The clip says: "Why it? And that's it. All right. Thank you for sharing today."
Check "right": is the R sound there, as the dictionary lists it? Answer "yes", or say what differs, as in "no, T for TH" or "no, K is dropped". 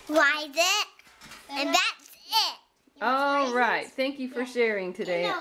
yes